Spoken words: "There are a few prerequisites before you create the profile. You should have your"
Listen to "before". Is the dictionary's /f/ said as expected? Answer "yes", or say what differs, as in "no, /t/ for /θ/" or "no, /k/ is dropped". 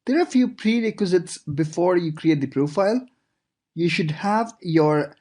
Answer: yes